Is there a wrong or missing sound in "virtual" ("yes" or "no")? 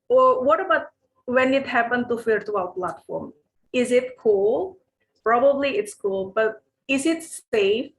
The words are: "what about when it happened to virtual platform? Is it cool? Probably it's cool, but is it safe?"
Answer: yes